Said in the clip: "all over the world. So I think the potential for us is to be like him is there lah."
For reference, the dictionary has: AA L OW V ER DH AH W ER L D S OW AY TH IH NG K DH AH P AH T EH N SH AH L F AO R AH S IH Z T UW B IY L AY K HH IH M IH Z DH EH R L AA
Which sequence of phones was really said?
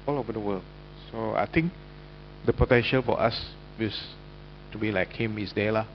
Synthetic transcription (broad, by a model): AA L OW V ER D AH W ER L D S OW AY T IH NG K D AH P AH T EH N SH AH L F AO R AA S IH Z T UW B IY L AY K HH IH M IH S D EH L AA